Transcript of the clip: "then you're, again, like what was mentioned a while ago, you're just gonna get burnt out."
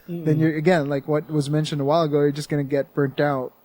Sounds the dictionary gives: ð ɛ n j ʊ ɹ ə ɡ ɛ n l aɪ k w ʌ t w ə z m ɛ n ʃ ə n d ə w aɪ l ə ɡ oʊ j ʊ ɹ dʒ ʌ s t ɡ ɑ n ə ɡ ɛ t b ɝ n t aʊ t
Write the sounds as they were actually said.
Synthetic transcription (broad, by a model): ð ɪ n j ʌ ɹ ə ɡ ɛ n l aɪ k w ʌ t w ə z m ɛ n ʃ ə n d ə w aɪ l ə ɡ oʊ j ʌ ɹ dʒ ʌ s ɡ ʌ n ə ɡ ɛ t b ɝ n t aʊ t